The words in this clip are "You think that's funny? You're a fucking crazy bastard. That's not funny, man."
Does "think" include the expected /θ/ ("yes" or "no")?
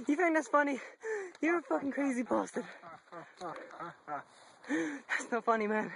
no